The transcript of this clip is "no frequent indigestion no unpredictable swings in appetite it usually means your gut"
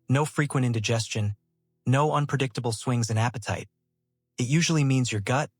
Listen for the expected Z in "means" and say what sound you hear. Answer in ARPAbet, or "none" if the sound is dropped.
Z